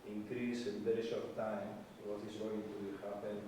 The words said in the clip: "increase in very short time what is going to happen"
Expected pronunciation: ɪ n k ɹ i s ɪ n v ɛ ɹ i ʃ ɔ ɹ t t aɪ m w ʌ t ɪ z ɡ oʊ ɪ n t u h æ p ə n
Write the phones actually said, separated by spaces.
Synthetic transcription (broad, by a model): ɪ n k ɹ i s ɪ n b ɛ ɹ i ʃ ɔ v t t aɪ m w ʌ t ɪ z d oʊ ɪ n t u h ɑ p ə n